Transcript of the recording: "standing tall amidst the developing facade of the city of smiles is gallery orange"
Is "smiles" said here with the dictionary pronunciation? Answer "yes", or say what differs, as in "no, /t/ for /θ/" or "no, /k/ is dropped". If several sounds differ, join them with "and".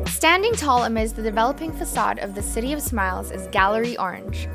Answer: yes